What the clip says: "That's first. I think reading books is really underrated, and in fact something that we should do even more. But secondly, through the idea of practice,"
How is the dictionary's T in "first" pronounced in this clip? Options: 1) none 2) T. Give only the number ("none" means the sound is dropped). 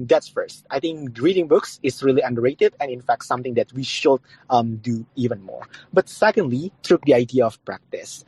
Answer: 2